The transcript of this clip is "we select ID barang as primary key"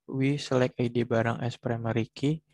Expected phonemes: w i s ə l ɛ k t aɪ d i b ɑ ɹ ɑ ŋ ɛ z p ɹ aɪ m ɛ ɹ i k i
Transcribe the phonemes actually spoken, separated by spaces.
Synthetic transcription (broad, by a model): w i s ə l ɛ k aɪ d i b ɑ ɹ ɑ ŋ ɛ s p ɹ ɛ m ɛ ɹ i k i